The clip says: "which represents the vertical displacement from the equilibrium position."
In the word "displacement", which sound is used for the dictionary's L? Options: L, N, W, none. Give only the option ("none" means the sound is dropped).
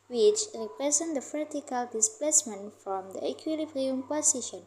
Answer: L